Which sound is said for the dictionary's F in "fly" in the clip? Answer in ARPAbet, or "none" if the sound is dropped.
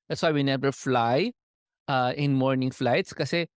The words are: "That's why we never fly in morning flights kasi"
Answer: F